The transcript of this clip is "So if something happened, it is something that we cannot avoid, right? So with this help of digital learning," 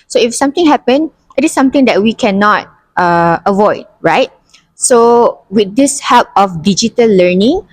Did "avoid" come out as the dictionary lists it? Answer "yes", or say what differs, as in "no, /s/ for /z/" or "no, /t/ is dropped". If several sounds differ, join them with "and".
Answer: yes